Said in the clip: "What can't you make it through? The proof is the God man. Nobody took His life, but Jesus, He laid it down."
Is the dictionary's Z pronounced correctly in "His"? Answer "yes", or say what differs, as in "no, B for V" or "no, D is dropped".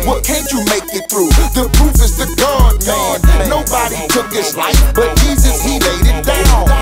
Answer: no, S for Z